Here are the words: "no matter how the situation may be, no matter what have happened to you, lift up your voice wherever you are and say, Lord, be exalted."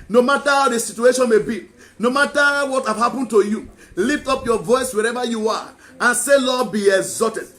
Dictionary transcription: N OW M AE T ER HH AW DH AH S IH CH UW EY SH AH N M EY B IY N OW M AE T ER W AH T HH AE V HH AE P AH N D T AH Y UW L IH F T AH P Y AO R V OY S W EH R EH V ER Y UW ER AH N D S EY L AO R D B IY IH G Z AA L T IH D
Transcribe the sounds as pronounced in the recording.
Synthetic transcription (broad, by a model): N OW M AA T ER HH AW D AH S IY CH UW EY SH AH N M EY B IY N OW M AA T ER W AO T HH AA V HH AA P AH N T AH Y UW L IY F T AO P Y AO V OY S W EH R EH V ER Y UW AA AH N S EY L AO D B IY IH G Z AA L T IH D